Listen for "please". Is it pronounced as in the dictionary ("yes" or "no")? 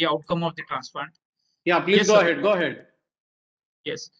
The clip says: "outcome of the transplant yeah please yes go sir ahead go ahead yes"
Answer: no